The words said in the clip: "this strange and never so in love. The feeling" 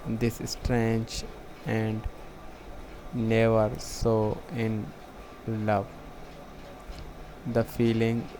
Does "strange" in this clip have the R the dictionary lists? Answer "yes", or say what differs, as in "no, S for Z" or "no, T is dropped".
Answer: yes